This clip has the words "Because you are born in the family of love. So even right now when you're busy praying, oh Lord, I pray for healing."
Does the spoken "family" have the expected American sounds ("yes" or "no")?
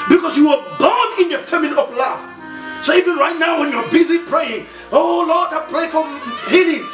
no